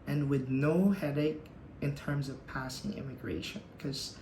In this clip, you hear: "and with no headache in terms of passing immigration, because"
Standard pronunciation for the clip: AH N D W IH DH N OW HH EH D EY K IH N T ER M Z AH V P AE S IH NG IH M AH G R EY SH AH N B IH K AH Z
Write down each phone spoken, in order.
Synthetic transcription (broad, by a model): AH N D W IH DH N OW HH EH D EY K IH N T ER M Z AH V P AE S IH NG IH M AH G R EY SH AH N K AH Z